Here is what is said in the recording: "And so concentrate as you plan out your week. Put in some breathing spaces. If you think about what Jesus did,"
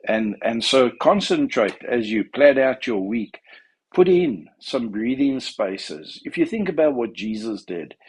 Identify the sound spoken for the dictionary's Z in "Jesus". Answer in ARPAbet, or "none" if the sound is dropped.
Z